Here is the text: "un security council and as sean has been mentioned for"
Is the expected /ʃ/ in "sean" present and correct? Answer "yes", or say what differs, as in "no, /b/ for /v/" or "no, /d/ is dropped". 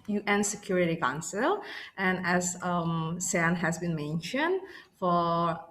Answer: no, /s/ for /ʃ/